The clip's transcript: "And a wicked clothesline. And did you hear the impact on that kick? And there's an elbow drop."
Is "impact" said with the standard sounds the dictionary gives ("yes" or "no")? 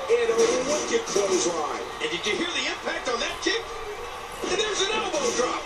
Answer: yes